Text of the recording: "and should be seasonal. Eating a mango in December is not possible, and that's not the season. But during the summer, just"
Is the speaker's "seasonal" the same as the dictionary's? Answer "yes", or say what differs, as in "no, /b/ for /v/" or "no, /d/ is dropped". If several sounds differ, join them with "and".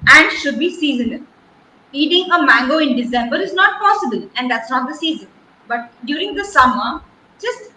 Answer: no, /n/ is dropped and /n/ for /l/